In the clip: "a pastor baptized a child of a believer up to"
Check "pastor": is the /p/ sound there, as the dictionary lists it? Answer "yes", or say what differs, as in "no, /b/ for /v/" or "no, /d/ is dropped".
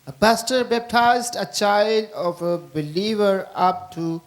no, /b/ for /p/